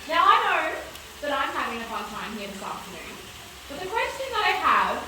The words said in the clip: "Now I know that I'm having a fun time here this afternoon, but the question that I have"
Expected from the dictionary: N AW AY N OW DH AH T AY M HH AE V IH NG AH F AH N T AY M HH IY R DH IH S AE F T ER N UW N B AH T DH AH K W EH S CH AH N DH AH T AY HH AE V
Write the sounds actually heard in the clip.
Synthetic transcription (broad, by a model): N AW AY N OW DH AH T AY M HH AE V IH NG AH P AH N T AY M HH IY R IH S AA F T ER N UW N B AH T DH AH K W EH S CH AH N DH AH T AY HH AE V